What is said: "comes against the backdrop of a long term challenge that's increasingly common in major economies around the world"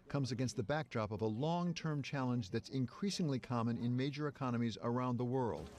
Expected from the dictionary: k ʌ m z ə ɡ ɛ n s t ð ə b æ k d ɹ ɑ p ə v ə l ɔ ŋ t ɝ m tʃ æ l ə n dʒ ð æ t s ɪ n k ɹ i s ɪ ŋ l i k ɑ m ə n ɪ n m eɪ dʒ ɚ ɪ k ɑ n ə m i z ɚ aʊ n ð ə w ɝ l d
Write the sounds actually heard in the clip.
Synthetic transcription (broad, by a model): k ʌ m z ə ɡ ɛ n s t ð ə b æ k d ɹ ɑ p ə v ə l ɔ ŋ t ɝ m tʃ æ l ə n dʒ ð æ t s ɪ n k ɹ i s ɪ ŋ l i k ɑ m ə n ɪ n m eɪ dʒ ɚ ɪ k ɑ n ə m i z ɚ aʊ n ð ə w ɝ l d